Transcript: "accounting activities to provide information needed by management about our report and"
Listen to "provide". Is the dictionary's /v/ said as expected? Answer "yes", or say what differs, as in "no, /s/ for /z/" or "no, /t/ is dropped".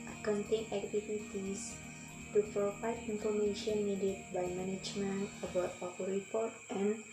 no, /f/ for /v/